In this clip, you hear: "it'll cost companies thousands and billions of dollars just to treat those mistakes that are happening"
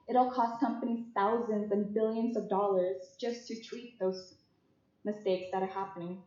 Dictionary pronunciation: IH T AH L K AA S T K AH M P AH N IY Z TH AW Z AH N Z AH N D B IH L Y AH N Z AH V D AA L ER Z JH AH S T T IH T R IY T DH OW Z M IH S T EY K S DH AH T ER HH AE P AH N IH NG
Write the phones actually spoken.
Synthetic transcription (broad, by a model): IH T L K AA S T K AH M P AH N IY Z TH AW Z AH N Z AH N B IH L Y AH N Z AH V D AA L ER Z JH AH S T T IH T R IY T DH OW Z M IH S T EY K S DH AH T ER HH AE P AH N IH NG